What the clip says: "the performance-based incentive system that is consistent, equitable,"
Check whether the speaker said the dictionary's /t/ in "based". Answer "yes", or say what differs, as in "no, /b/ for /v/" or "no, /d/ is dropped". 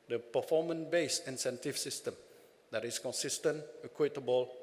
no, /t/ is dropped